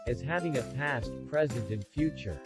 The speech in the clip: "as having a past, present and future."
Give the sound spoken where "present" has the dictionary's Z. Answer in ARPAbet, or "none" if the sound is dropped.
Z